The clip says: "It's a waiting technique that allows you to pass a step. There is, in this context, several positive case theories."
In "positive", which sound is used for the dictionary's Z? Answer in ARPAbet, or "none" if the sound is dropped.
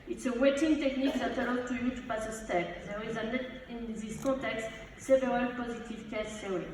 Z